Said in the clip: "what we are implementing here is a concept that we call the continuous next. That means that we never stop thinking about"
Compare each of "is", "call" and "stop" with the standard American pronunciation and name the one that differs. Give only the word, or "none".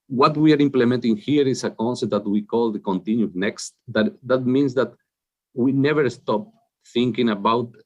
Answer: is